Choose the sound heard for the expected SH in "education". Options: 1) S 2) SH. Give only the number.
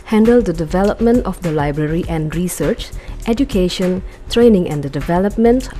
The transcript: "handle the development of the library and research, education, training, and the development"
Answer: 2